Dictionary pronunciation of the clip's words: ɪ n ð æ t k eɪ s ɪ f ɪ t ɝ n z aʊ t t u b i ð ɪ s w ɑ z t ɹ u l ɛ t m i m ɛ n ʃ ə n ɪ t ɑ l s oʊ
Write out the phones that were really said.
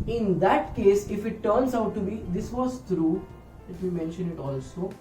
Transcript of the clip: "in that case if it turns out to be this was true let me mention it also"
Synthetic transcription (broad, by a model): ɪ n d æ t k eɪ s ɪ f ɪ t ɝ n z aʊ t t u b i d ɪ s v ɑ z t ɹ u l ɛ t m i m ɛ n ʃ ə n ɪ t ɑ l s oʊ